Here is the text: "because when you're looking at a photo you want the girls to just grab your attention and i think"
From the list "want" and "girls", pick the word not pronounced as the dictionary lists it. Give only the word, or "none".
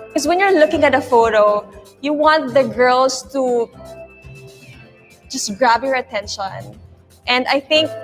girls